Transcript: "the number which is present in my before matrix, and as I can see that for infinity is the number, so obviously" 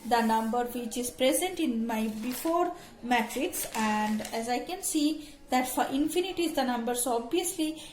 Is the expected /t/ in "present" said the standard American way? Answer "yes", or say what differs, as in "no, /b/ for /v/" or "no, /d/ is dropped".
yes